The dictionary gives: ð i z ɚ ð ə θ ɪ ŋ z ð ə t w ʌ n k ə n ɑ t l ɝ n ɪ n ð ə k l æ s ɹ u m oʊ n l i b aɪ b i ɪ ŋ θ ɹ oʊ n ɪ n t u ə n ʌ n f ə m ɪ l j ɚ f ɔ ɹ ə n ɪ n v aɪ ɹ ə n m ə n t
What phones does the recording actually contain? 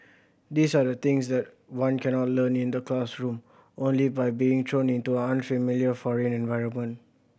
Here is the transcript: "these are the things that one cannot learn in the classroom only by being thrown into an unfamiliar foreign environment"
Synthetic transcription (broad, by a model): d i s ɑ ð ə t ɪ ŋ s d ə t w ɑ n k ə n ɑ t l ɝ n ɪ n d ə k l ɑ s ɹ u m oʊ n l i b aɪ b i ɪ ŋ t ɹ oʊ n ɪ n t u ə n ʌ n f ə m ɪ l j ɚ f ɔ ɹ ə n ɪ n v aɪ ɹ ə n m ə n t